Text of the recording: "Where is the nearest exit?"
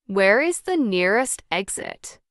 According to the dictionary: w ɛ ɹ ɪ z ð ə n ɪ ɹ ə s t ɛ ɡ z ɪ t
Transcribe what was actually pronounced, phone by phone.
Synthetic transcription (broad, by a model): w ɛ ɹ ɪ z ð ə n ɪ ɹ ə s t ɛ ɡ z ɪ t